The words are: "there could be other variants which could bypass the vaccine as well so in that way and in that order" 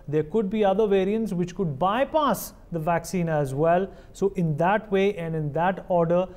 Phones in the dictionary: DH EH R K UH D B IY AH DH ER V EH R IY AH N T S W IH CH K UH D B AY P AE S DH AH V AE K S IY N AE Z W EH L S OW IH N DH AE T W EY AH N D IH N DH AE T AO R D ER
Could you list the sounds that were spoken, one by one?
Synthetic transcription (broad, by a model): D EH R K UH D B IY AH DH ER V EH R IY AH N T S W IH CH K UH D B AY P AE S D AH V AE K S IY N AE Z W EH L S OW IH N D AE T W EY AH N D IH N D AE T AO R D ER